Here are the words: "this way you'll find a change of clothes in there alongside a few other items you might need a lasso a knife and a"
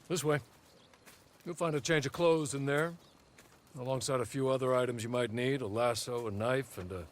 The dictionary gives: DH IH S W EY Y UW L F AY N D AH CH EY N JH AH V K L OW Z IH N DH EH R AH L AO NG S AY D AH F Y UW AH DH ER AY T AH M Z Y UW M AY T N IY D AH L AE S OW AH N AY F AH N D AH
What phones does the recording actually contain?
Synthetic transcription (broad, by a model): DH IH S W EY Y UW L F AY N D AH CH EY N JH AH V K L OW Z IH N DH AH R AH L AO NG S AY D AH F Y UW AH DH ER AY T AH M Z Y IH M AY T N IY D AH L AE S OW AH N AY F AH N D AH